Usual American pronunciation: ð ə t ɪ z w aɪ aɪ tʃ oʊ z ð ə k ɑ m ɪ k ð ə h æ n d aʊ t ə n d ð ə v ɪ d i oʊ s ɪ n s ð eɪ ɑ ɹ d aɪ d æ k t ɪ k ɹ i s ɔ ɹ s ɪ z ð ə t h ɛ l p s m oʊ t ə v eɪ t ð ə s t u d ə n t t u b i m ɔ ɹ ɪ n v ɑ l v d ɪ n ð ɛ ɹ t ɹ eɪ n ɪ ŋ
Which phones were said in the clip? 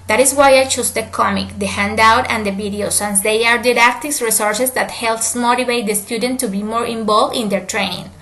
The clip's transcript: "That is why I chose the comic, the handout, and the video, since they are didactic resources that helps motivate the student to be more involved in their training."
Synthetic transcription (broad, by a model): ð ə t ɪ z w aɪ aɪ tʃ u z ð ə k ɑ m ɪ k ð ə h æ n d aʊ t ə n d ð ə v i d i oʊ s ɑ n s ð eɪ ɑ ɹ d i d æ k t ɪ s ɹ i s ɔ ɹ s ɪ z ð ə t h ɛ l p s m oʊ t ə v eɪ t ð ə s t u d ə n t t u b i m ɔ ɹ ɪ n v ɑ l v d ɪ n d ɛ ɹ t ɹ eɪ n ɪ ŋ